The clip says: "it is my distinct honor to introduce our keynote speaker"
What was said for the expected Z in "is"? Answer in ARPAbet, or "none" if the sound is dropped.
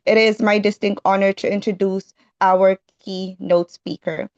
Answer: Z